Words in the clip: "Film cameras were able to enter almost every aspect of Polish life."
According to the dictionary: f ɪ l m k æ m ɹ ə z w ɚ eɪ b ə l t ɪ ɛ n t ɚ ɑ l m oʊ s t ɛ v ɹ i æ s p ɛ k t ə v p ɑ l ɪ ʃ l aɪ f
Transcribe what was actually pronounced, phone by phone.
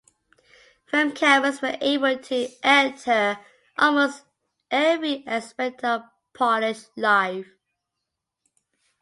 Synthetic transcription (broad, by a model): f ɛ m k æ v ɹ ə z w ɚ eɪ b ə l t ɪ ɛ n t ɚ ɑ l m oʊ s t ɛ v ɹ i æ s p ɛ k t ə p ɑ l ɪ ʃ l aɪ f